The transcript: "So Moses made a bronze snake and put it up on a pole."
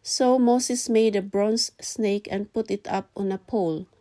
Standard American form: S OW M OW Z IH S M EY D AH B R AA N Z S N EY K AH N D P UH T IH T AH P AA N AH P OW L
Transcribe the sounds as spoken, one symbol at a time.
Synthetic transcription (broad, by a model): S OW M OW S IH S M EY D AH B R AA N S N EY K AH N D P UH T IH T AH P AA N AH P OW L